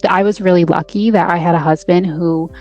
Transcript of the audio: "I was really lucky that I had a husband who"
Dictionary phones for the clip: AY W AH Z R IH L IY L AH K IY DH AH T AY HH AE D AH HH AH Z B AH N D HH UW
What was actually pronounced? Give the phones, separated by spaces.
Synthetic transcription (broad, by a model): AY W AH Z R IH L IY L AH K IY DH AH T AY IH D AH HH AH Z B AH N D HH UW